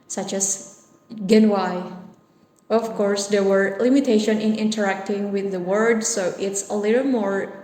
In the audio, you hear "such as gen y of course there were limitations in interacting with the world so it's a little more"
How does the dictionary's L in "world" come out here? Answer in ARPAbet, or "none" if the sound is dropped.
none